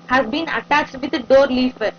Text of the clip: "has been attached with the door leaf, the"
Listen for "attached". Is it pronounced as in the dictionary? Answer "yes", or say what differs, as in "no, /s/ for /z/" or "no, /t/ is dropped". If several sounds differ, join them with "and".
yes